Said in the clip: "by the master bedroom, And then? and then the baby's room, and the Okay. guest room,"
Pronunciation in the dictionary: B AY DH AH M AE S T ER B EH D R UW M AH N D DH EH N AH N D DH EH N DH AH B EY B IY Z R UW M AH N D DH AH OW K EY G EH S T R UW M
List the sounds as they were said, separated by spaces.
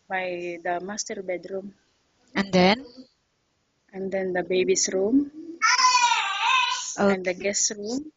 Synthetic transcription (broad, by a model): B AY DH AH M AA S T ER B EH D R UW M AH N D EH N AH N D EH N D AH B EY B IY S R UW M AH N D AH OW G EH S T R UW M